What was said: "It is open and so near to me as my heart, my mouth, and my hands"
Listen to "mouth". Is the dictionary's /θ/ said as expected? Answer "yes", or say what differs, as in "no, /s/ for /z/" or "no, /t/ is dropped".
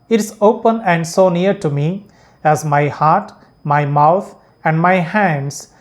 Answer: no, /t/ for /θ/